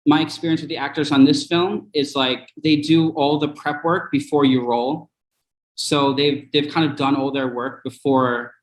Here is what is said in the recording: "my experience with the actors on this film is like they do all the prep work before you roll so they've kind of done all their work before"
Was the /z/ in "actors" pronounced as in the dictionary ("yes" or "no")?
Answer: yes